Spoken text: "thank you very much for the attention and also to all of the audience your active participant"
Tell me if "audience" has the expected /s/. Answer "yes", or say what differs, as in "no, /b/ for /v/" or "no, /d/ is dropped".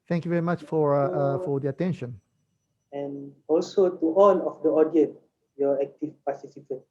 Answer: no, /s/ is dropped